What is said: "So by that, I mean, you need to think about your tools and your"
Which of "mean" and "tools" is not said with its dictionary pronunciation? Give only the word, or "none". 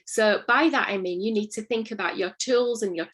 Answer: none